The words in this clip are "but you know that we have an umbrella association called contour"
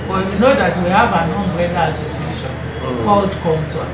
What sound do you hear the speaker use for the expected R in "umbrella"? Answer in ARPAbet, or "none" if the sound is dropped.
none